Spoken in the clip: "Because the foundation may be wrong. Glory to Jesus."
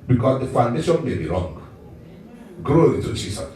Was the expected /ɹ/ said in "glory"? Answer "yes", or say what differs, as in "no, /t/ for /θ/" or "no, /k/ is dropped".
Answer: no, /ɹ/ is dropped